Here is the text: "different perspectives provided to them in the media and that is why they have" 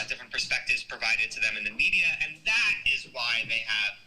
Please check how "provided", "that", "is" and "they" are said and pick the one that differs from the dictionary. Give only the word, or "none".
none